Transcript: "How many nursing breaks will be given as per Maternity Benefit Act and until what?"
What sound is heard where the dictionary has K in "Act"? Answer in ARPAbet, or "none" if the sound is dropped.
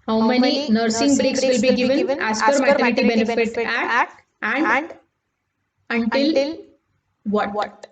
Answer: none